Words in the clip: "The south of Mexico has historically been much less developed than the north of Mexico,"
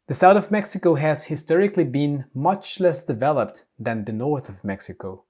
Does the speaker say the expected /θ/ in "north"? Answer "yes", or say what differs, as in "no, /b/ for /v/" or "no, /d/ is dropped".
yes